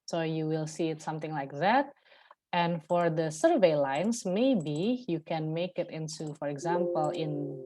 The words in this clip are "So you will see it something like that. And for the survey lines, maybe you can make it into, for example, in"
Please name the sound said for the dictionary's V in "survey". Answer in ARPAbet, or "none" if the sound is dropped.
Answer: V